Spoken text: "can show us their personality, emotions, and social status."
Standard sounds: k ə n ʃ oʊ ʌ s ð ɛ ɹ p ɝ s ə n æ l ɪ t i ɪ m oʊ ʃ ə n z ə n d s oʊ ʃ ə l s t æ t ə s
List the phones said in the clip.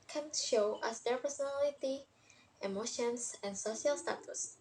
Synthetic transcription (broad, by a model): k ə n ʃ oʊ ʌ s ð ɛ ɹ p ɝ s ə n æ l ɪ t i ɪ m oʊ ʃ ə n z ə n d s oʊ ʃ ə l s t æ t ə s